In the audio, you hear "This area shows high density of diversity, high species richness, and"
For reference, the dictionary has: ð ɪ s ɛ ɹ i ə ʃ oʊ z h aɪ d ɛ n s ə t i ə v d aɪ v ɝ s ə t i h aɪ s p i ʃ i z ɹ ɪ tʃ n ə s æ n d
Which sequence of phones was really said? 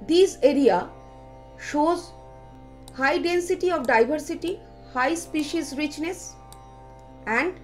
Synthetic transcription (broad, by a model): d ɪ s ɛ ɹ i ə ʃ oʊ z h aɪ d ɛ n s ə t i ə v d aɪ b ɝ s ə t i h aɪ s p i ʃ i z ɹ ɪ tʃ n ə s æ n d